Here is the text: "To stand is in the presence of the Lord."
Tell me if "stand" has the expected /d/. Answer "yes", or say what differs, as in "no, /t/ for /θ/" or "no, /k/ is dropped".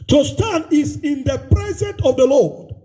no, /d/ is dropped